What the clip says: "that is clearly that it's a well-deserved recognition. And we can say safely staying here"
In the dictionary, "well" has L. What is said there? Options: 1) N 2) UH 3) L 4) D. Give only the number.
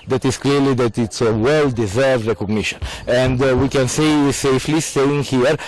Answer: 3